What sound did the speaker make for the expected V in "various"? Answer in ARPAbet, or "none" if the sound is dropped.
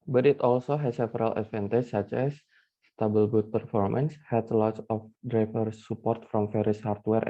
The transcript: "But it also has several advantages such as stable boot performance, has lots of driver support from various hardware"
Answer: F